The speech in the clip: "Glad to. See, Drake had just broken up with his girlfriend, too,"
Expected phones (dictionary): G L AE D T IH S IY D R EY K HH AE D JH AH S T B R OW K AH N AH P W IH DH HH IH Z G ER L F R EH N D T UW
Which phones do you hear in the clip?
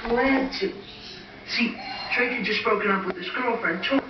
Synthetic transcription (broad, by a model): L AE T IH S IY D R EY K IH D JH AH S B OW K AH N AH P W IH DH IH S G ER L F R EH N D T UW